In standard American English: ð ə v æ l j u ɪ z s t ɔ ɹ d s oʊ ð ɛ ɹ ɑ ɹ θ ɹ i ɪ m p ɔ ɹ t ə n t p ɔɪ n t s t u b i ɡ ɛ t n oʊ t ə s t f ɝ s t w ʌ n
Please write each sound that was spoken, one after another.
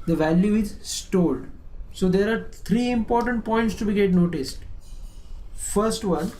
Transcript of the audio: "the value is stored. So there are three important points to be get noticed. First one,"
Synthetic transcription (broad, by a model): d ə v æ l j u ɪ z s t ɔ l d s oʊ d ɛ ɹ ɑ ɹ t ɹ i ɪ m p ɔ ɹ t ə n t p ɔɪ n t s t u b i ɡ ɛ t n oʊ t ə s t f ɝ s t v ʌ n